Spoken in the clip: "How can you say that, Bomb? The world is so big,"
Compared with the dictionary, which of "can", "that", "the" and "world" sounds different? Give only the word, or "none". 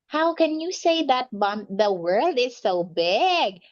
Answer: none